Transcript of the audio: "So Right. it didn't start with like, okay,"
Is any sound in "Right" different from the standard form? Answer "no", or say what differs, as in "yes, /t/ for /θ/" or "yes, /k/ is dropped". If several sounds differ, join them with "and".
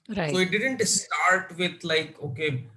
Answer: yes, /t/ is dropped